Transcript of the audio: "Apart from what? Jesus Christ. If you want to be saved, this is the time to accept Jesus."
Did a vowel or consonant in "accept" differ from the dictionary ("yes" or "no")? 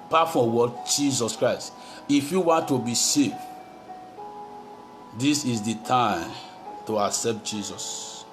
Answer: no